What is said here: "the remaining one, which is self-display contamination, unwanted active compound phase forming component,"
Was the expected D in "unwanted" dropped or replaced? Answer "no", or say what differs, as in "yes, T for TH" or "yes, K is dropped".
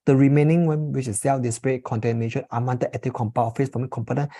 yes, D is dropped